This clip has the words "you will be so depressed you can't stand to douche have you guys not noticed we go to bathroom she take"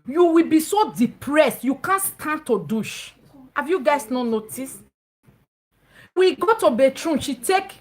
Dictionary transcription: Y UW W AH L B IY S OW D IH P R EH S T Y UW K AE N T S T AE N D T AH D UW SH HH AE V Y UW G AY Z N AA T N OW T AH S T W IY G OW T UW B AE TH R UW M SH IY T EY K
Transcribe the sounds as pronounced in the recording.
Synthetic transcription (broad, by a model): Y UW W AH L B IY S OW D IH P R EH S T Y UW K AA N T S T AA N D T AH D UW SH HH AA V Y UW G AY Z N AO N OW T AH S W IY G OW T UW B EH T R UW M SH IY T EY K